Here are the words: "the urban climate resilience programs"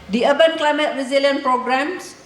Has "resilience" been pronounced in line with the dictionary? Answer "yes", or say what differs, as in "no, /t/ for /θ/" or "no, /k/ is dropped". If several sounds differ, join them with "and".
no, /s/ is dropped